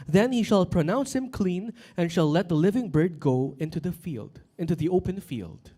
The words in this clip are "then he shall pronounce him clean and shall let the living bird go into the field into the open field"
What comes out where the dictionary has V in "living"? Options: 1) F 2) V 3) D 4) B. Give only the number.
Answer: 2